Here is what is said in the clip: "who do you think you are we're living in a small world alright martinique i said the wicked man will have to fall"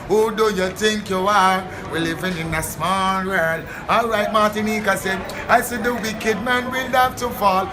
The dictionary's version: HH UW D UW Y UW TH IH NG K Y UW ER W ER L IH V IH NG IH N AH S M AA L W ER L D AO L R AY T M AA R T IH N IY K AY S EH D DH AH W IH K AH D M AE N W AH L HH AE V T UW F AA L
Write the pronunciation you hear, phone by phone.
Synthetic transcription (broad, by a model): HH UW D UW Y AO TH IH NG K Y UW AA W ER L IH V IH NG IH N AH S M AA L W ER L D AO L R AY T M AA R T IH N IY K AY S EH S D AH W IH K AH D M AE N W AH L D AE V T UW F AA L